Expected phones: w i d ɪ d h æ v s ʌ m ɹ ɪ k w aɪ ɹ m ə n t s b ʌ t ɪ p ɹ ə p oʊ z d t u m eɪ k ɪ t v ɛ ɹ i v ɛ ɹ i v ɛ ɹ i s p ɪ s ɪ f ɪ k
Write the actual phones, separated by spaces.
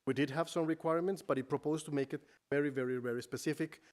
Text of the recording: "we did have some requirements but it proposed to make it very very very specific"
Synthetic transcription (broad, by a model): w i d ɪ d h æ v s ʌ m ɹ ɪ k w aɪ ɹ m ə n t s b ʌ t ɪ p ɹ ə p oʊ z t u m eɪ k ɪ t v ɛ ɹ i v ɛ ɹ i v ɛ ɹ i s p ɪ s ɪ f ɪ k